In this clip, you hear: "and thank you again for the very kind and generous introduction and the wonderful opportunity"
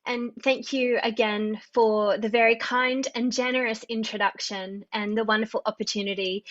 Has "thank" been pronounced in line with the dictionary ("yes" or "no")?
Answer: yes